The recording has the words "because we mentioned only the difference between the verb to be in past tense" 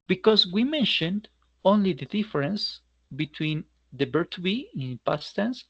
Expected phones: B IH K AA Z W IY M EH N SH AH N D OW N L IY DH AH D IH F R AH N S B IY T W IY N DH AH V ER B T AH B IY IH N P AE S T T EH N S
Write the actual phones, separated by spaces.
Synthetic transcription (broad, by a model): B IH K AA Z W IY M EH N SH AH N D OW N L IY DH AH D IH F R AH N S B IY T W IY N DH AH B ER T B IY IH N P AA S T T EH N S